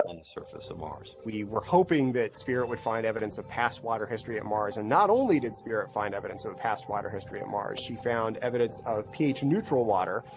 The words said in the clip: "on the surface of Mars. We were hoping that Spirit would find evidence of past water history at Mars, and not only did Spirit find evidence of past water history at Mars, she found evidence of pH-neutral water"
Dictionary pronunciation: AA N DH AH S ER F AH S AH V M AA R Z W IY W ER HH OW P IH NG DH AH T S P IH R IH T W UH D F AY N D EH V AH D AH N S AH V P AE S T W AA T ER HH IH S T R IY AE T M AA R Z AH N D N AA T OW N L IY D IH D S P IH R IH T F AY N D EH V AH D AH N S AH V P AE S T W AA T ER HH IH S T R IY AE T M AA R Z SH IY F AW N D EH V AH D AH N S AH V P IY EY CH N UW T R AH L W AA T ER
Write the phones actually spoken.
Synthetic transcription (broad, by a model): N DH AH S ER F AH S AH V M AA R Z W IY W ER HH OW P IH NG DH AH T S P IH R IH T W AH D F AY N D EH V AH D AH N S AH V P AE S T W AA T ER HH IH S T R IY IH T M AA R Z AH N N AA T OW N L IY D IH D S P IH R IH T F AY N D EH V AH D AH N S AH V P AE S T W AA T ER HH IH S T R IY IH T M AA R Z SH IY F AW N D EH V AH D AH N S AH V P IY EY CH N UW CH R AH L W AA T ER